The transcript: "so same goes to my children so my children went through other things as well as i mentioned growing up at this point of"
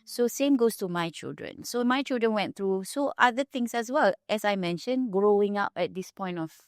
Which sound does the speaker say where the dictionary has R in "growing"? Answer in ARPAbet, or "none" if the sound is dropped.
R